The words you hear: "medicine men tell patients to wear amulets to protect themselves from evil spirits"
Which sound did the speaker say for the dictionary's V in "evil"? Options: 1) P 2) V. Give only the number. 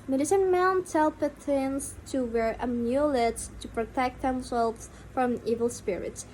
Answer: 2